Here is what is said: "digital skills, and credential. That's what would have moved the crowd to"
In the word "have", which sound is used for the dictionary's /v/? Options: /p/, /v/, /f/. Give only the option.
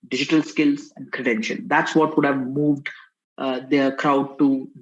/v/